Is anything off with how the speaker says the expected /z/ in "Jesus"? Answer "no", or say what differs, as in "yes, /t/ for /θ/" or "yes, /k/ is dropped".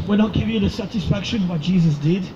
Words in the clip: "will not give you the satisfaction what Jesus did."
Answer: no